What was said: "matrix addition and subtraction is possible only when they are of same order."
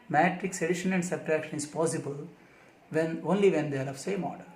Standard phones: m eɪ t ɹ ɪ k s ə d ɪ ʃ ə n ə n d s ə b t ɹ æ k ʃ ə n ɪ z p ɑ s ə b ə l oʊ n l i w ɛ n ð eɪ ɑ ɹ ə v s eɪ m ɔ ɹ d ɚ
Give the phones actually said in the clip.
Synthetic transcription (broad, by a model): m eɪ t ɹ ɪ k s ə d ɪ ʃ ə n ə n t s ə t ɹ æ k ʃ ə n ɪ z p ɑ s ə b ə l oʊ n l i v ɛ n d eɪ ɑ ɹ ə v s eɪ m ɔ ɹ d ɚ